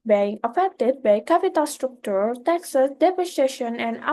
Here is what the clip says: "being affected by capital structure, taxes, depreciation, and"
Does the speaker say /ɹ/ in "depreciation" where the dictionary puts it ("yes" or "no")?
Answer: no